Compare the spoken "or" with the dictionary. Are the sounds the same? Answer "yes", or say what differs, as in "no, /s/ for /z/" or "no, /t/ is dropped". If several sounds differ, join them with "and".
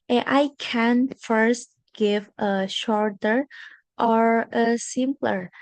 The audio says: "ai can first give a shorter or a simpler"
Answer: yes